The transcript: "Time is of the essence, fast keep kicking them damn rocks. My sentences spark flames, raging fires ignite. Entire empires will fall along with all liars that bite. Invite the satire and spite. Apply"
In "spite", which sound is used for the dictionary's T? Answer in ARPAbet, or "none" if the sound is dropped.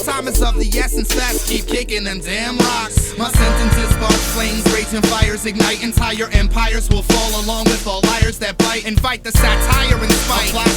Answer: none